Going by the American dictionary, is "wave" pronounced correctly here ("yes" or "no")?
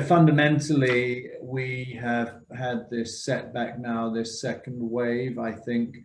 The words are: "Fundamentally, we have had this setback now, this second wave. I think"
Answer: yes